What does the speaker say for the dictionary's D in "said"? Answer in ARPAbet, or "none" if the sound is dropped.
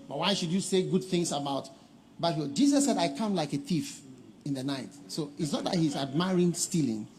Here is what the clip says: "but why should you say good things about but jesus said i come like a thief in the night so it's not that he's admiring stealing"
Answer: D